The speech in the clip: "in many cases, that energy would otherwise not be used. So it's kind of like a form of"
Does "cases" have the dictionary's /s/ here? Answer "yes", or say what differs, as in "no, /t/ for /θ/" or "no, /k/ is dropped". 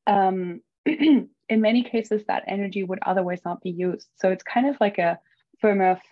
yes